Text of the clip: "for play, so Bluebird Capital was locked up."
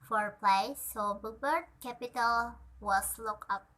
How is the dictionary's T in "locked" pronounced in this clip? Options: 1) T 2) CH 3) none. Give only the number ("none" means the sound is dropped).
3